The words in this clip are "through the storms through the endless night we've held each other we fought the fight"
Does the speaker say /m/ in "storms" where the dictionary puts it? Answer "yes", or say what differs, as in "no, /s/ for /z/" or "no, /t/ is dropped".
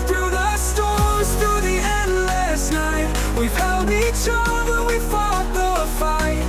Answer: no, /m/ is dropped